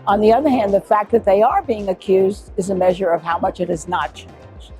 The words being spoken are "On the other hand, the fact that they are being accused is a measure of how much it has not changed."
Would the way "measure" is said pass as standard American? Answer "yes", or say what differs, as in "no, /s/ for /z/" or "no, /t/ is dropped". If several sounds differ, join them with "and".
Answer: yes